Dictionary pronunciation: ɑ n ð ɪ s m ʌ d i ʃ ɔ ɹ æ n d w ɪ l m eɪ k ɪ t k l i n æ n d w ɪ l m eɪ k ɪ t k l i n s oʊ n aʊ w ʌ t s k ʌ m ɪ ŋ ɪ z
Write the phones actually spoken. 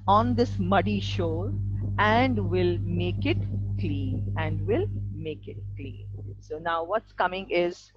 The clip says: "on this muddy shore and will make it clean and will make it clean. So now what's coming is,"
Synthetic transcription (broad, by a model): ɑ n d ɪ s m ʌ d i ʃ ɔ ɹ æ n d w ɪ l m eɪ k ɪ t k l i n æ n d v ɪ l m eɪ k ɪ t k l i n s oʊ n aʊ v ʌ t s k ʌ m ɪ ŋ ɪ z